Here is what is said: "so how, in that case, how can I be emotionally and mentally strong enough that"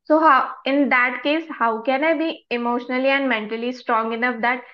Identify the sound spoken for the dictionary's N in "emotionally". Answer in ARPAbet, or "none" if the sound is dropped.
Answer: N